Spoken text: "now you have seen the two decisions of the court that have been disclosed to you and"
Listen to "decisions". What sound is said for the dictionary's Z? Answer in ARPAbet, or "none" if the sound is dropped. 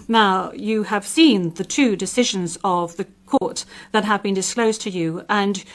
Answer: Z